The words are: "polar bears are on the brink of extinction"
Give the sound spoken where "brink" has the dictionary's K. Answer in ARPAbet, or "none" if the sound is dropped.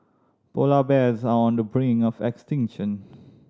none